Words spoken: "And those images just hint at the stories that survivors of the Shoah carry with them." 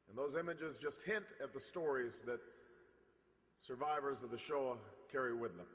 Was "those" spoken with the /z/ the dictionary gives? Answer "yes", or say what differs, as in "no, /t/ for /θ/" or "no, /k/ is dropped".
yes